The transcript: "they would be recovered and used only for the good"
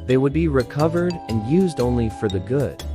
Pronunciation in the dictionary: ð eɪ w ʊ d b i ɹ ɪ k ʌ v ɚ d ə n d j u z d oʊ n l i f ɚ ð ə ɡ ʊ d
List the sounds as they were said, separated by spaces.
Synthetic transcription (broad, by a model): ð eɪ w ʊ d b i ɹ ɪ k ʌ v ɚ d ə n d j u z d oʊ n l i f ɚ ð ə ɡ ʊ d